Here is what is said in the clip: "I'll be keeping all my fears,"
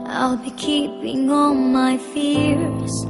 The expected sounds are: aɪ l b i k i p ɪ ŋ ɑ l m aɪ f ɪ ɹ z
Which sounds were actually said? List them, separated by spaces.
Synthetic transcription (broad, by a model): aɪ l b i k i p ɪ ŋ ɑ n m aɪ f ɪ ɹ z